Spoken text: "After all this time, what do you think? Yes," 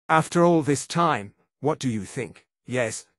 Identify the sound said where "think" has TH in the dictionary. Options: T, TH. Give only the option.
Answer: TH